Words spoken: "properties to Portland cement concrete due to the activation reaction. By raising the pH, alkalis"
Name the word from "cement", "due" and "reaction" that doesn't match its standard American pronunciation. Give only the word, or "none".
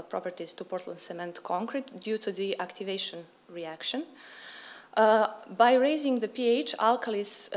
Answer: none